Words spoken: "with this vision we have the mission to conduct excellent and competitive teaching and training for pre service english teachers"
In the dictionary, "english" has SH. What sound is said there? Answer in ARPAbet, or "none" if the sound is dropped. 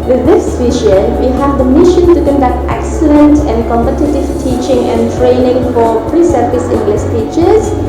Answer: S